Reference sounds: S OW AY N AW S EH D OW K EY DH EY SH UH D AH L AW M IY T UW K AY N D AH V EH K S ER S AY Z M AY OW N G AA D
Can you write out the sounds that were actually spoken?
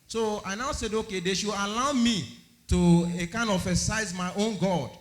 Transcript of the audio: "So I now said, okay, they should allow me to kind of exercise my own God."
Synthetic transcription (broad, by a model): S OW AY N AW S EH D OW K EY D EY SH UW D AH L AW M IY T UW K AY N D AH F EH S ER S AY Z M AY OW N G AA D